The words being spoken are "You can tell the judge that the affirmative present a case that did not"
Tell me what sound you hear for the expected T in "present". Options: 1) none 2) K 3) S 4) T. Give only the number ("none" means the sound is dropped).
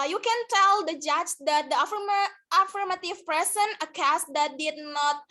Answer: 1